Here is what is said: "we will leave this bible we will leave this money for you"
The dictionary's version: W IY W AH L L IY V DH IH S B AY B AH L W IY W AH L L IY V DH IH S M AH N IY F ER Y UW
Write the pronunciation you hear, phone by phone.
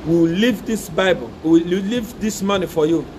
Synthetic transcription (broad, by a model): W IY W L L IY V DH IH S B AY B AH L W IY W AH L L IY V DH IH S M AH N IY F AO Y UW